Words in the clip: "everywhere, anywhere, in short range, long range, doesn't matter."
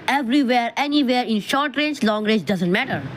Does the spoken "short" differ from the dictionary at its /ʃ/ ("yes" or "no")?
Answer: no